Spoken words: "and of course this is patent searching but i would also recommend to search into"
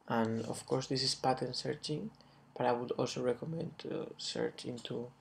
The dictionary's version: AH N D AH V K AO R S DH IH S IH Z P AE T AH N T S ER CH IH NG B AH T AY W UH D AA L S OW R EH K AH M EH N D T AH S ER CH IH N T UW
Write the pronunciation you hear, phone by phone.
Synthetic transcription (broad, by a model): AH N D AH F K AO R S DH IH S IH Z P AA T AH N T S ER CH IH NG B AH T AY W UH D AA L S OW R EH K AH M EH N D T S ER CH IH N T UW